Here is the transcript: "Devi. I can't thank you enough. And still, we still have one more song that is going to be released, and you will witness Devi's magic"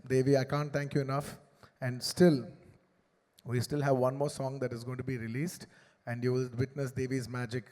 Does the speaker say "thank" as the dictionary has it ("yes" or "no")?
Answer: no